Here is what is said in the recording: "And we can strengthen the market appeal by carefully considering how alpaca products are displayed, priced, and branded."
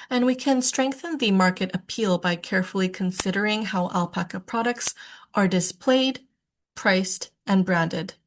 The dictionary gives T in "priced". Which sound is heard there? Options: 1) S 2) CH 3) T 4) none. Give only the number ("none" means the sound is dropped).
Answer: 3